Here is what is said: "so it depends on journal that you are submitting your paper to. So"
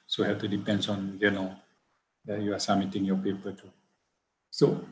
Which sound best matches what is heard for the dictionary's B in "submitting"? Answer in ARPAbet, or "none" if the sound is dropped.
none